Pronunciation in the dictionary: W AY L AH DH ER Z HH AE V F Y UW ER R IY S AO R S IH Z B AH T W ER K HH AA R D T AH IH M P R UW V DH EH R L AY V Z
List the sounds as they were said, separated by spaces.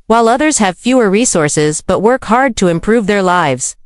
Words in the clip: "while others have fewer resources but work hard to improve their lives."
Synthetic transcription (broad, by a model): W AY L AH DH ER Z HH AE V F Y UW ER R IY S AO R S IH Z B AH T W ER K HH AA R D T AH IH M P R UW V DH EH R L AY V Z